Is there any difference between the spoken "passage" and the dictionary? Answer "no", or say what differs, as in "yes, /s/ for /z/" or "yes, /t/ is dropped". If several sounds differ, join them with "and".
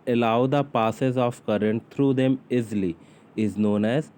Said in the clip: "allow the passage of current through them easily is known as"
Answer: yes, /z/ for /dʒ/